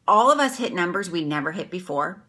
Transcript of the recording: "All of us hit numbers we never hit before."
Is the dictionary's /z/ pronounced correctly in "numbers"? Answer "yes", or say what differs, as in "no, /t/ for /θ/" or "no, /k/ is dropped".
yes